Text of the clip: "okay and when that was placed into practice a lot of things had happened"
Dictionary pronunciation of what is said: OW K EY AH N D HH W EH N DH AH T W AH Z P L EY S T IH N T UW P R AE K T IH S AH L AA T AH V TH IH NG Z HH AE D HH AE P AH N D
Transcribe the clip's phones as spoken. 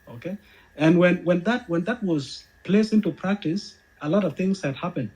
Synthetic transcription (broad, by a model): OW K EY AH N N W W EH N DH AH T W AH Z P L EY S IH N T UW P R AE K T IH S AH L AA T AH V TH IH NG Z HH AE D HH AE P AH N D